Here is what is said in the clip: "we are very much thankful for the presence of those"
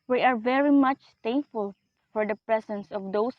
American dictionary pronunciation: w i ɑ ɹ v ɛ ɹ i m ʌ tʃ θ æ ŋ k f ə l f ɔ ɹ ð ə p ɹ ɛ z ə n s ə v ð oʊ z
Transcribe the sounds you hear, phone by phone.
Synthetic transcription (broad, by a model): w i ɑ ɹ v ɛ ɹ i m ʌ tʃ t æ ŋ k f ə l f ɔ ɹ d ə p ɹ ɛ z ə n s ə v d oʊ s